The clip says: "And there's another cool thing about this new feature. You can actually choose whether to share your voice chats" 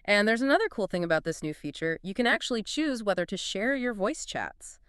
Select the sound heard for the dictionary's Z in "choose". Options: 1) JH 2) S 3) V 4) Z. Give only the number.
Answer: 4